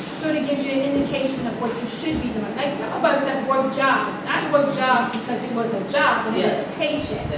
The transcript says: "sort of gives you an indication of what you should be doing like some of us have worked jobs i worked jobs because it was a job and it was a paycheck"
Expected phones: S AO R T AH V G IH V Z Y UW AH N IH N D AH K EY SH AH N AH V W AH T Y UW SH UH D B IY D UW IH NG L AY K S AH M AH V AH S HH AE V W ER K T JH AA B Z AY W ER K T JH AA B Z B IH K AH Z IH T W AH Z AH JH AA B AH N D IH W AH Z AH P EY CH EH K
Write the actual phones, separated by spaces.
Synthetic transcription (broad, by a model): S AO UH T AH G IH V Y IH AH N IH N D AH K EY SH AH N AH V W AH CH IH SH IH D B IY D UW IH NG L AY K S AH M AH B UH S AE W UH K JH AA B Z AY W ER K JH AA B Z B IH K AH Z IH T W AH Z AH JH AA B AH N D IH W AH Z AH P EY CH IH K